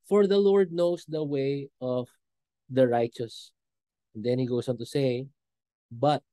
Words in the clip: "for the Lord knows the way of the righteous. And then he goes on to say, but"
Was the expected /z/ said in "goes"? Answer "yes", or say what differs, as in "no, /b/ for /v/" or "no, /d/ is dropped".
no, /s/ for /z/